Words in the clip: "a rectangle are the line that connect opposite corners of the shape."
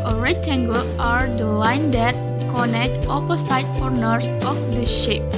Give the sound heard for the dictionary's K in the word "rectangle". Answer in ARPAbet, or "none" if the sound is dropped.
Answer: none